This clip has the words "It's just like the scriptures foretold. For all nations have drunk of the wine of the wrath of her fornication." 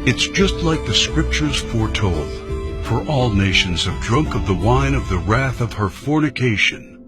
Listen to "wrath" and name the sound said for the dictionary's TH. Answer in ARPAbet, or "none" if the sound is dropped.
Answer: TH